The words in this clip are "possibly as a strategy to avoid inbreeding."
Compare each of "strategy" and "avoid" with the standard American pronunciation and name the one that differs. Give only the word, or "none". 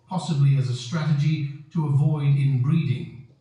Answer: none